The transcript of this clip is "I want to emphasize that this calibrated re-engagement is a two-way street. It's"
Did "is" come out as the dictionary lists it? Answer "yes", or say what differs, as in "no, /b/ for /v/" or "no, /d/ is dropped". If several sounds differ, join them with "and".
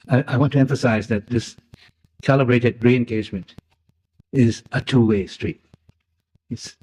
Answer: yes